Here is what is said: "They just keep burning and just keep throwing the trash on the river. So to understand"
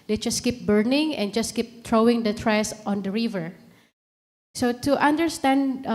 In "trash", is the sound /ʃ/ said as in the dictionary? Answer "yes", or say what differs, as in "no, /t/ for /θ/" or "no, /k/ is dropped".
no, /s/ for /ʃ/